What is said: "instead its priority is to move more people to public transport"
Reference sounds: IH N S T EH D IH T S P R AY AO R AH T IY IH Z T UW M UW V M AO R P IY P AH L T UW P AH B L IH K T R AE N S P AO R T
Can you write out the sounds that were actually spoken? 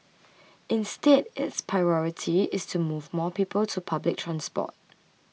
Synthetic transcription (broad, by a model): IH N S T EH D IH T S P R AY AO R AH T IY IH S T UW M UW V M AO P IY P AH L T UW P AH B L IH K T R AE N S P AO T